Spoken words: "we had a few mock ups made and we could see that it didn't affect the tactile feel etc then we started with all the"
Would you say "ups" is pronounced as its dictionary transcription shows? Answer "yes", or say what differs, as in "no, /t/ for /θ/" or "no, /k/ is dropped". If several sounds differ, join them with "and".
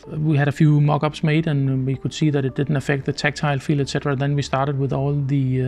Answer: no, /b/ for /p/